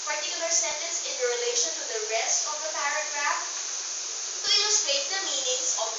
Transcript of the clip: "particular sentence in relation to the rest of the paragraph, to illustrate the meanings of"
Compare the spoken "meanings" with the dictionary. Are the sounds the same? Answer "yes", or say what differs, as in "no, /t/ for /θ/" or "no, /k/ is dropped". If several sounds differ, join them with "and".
no, /s/ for /z/